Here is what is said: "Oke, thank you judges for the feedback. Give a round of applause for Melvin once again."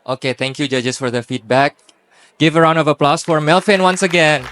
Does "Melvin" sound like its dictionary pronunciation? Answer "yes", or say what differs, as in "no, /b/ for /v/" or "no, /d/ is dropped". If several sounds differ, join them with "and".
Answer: no, /f/ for /v/